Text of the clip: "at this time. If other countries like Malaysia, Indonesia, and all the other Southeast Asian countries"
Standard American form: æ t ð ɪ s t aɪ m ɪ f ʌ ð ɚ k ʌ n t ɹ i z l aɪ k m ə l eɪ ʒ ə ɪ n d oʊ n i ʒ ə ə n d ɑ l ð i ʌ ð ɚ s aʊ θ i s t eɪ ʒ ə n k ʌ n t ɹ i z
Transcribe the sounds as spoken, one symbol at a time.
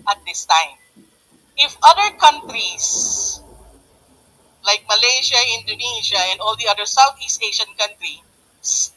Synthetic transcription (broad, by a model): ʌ t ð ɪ s t aɪ m ɪ f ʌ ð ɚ k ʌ n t ɹ i s l aɪ k m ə l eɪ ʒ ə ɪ n d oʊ n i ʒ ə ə n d ɑ l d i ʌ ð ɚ s aʊ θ i s t eɪ ʃ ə n k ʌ n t ɹ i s